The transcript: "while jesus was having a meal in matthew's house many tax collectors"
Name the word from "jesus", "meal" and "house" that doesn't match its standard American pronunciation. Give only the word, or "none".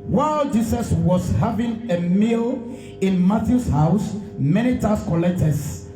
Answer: jesus